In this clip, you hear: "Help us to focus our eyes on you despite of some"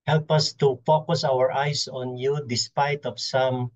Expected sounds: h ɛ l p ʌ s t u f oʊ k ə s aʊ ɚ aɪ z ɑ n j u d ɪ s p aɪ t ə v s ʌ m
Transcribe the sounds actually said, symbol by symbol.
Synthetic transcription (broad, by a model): h ɛ l p ʌ s t u f oʊ k ə s aʊ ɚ aɪ s ɑ n j u d ɪ s p aɪ t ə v s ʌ m